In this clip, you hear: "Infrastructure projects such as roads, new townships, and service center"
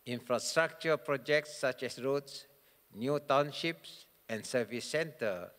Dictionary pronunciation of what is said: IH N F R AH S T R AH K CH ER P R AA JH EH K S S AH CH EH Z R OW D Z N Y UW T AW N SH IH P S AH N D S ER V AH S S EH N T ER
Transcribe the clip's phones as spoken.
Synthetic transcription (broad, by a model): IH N F R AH S T R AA K CH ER P R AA JH EH K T S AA CH EH S R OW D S N Y UW T AW N SH IH P S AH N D S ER V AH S S EH N T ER